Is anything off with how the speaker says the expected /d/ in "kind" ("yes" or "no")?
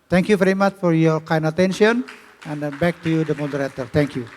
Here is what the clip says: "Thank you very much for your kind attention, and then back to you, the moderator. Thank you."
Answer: yes